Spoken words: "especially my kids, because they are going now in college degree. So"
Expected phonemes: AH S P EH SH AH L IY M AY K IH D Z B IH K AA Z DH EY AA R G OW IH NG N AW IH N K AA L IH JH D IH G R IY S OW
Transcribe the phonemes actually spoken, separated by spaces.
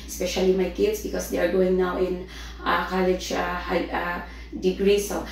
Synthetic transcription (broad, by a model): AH S P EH SH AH L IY M AY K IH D S B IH K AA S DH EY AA R G OW IH NG N AW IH N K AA L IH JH D IH G R IY S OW